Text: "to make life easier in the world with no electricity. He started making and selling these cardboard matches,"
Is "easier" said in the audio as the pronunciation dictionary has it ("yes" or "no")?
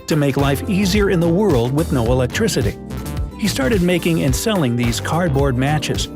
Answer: yes